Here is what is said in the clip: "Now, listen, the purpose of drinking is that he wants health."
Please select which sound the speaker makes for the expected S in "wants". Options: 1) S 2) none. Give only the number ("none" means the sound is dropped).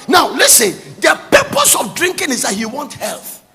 2